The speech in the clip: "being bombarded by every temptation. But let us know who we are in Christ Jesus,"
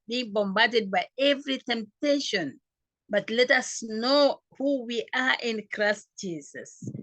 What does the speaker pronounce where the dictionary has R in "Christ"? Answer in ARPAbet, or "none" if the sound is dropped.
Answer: R